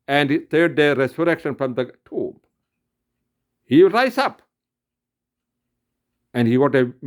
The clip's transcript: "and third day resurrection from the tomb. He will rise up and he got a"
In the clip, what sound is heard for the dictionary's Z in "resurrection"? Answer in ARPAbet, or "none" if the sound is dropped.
S